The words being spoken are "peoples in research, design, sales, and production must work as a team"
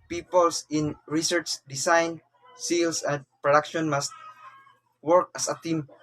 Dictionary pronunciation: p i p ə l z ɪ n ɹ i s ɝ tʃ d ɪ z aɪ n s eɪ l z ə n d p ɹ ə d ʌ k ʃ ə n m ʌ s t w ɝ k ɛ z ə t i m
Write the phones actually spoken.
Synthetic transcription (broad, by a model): p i p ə l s ɪ n ɹ i s ɝ tʃ d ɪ s aɪ n s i l s ə n d p ɹ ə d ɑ k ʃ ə n m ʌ s t w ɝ k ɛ s ə t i m